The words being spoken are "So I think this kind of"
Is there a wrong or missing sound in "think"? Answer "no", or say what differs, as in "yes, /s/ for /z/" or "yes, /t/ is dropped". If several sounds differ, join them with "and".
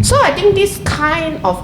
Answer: yes, /t/ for /θ/